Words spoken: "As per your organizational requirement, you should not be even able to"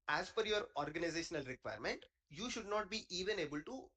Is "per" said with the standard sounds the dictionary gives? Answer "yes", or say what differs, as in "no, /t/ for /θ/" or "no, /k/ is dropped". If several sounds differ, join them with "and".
no, /f/ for /p/